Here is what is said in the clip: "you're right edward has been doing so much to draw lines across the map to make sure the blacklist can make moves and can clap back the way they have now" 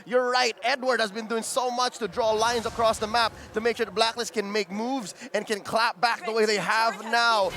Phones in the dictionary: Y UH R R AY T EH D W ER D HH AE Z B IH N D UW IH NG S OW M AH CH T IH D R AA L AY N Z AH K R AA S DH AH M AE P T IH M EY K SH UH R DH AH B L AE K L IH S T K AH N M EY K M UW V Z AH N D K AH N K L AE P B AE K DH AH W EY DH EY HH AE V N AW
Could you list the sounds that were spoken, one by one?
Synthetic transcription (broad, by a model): Y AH R R AY T EH D W ER D HH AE Z B IH N D UW IH NG S OW M AH CH T IH D R AA L AY N Z AH K R AA S DH AH M AE P T IH M EY K SH UH R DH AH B L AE K L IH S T K AH N M EY K M UW V Z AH N K AH N K L AE P B AE K DH AH W EY DH EY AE V N AW